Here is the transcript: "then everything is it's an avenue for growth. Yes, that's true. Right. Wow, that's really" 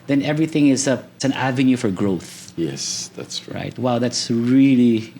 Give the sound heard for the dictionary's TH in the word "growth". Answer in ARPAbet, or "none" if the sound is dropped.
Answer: TH